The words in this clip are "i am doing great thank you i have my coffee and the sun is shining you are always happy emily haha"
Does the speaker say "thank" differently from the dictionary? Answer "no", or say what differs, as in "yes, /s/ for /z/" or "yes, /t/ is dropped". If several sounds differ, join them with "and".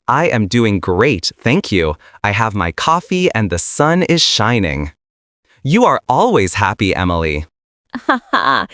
no